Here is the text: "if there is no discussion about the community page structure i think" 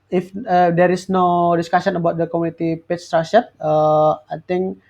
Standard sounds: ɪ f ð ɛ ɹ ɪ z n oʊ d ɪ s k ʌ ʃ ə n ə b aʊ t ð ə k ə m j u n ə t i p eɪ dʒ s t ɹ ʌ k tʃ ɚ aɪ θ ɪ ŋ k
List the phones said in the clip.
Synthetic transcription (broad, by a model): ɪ f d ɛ ɹ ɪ s n oʊ d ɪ s k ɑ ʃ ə n ə b aʊ t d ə k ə m u n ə t i p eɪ tʃ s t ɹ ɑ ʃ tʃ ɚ aɪ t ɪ ŋ k